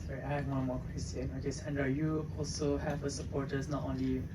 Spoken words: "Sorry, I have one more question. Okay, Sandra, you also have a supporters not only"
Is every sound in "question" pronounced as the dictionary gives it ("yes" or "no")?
no